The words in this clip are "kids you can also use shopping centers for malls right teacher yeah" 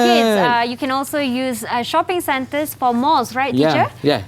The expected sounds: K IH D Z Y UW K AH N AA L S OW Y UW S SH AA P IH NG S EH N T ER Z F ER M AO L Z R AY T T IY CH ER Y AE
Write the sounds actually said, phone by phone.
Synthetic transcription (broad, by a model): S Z Y UW K AH N AA L S OW Y UW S SH AA P IH NG S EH N T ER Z F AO M AO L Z R AY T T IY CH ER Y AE